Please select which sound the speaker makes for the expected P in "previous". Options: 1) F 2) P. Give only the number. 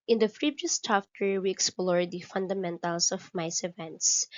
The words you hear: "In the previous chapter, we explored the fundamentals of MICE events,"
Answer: 1